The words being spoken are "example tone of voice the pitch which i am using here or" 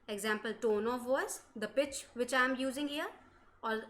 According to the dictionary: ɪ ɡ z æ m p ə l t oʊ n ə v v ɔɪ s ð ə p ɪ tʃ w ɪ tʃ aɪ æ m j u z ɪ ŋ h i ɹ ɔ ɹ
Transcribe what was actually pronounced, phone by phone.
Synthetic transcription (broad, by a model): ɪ ɡ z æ m p ə l t oʊ n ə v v ɔɪ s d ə p ɪ tʃ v ɪ tʃ aɪ m j u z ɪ ŋ h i ɹ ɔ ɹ